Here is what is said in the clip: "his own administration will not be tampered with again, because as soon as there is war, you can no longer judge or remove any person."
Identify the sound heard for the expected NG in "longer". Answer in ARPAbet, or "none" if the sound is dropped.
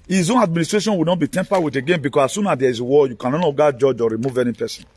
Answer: none